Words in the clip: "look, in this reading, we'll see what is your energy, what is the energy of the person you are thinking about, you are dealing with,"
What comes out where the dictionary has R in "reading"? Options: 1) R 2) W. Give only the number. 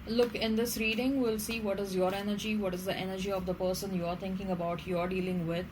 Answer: 1